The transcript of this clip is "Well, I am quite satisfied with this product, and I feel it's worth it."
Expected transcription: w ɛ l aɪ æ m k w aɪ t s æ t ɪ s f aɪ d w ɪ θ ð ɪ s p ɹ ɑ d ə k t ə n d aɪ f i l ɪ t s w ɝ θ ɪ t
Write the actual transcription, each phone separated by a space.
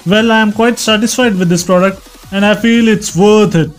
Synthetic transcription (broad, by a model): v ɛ l aɪ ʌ m k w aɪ t s æ t ɪ s f aɪ d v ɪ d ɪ s p ɹ ɑ d ə k t ə n d aɪ f i l ɪ t s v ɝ t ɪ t